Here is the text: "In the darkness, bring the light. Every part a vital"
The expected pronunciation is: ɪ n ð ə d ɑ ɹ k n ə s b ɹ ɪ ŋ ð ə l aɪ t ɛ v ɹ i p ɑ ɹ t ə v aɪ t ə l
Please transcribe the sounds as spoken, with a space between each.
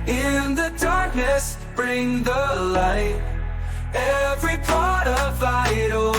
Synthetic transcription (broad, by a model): ɪ n ð ə d ɑ ɹ k n ə s b ɹ ɪ ŋ ð ə l aɪ t ɛ v ɹ i p ɑ ɹ t ə v aɪ t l